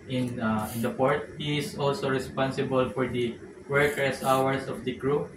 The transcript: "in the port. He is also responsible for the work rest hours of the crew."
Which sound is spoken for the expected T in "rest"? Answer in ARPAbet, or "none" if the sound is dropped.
none